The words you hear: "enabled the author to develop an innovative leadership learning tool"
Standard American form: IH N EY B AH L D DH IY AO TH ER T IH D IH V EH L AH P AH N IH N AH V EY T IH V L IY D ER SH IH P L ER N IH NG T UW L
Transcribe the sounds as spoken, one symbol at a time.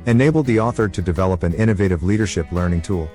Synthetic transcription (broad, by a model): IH N EY B L D DH IY AO TH ER T IH D IH V EH L AH P AH N IH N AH V EY T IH V L IY D ER SH IH P L ER N IH NG T UW L